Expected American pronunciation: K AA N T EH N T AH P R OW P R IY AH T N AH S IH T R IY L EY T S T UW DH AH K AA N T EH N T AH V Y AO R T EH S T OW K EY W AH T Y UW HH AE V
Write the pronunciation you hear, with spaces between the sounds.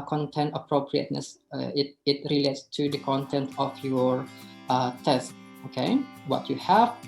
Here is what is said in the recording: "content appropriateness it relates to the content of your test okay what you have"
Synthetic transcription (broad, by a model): K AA N T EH N T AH P R OW P R IY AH T N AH S IH T R IY L EY T S T UW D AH K AA N T EH N T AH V Y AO R T EH S T OW K EY W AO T Y UW HH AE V